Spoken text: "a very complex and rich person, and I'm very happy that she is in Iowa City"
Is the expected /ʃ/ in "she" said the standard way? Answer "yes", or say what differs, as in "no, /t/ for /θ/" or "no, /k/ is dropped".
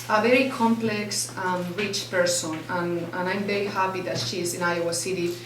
yes